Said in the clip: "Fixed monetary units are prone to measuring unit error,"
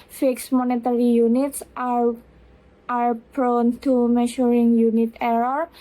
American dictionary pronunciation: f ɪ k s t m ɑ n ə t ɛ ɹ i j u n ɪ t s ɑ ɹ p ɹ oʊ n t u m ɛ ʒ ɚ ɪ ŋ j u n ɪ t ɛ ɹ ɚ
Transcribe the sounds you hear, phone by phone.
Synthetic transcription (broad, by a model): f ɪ k s m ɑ n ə t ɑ ɹ i j u n ɪ t s ɑ ɹ b ɹ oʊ n t u m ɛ ʃ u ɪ ŋ j u n ɪ t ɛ ɹ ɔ